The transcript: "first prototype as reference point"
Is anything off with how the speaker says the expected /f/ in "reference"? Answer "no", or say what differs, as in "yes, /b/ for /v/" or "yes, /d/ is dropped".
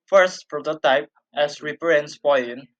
yes, /p/ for /f/